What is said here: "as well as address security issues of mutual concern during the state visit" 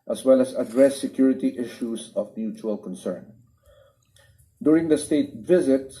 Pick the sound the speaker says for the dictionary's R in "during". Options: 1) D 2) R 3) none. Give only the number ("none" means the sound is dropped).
2